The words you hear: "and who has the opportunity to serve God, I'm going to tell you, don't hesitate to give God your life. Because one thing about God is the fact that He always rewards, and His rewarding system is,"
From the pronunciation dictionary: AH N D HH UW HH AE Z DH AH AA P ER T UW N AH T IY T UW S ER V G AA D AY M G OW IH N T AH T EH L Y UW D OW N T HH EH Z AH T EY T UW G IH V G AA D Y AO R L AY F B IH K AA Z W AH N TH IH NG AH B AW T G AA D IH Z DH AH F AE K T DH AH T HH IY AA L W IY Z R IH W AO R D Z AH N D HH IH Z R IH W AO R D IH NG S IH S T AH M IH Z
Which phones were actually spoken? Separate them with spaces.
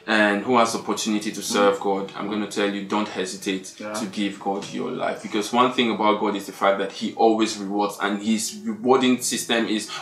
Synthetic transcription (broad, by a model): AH N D HH UW HH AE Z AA P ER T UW N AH T IY T UW S ER V G AA D AY M G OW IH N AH T EH L Y UW D OW N T HH EH Z AH T EY T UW G IH V G AA D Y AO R L AY F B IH K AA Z W AH N TH IH NG AH B AW T G AA D IH Z DH AH F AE K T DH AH T HH IY AA L W IY Z R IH W AO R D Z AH N HH IH Z R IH W AO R D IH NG S IH S T AH M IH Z